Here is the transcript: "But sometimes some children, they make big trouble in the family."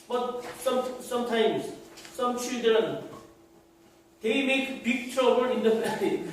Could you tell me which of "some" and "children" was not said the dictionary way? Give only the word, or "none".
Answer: children